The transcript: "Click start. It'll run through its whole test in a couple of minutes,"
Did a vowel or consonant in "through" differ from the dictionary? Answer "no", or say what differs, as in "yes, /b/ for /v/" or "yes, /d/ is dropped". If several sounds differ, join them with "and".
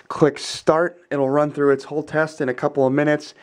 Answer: no